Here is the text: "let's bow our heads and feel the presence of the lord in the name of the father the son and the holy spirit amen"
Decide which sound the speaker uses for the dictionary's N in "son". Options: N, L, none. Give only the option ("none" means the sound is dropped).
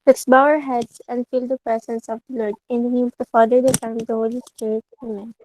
none